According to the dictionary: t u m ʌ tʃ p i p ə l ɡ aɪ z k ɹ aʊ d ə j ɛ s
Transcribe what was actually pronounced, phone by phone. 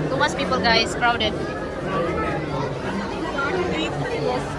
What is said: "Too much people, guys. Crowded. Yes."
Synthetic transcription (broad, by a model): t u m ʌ s p i p ə l ɡ aɪ s k ɹ aʊ d ə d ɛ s